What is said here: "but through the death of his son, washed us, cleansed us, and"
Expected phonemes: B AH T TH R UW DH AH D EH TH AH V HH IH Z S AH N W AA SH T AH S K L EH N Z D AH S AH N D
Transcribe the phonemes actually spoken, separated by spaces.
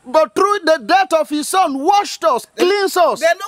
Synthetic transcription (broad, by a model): B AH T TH R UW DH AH D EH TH AH V HH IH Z S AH N W AA SH T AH S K L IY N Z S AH